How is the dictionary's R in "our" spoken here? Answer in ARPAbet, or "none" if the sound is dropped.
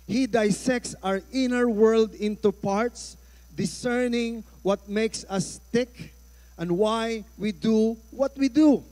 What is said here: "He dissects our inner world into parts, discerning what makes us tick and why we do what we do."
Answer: R